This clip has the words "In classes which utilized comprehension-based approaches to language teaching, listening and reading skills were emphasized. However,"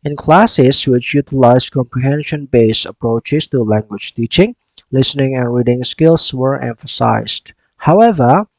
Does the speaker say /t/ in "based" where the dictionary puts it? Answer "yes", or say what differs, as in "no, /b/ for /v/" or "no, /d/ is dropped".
no, /t/ is dropped